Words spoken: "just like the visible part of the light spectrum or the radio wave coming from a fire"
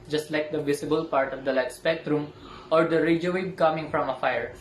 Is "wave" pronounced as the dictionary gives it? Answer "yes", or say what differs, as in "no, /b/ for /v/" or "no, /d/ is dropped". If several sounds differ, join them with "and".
no, /b/ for /v/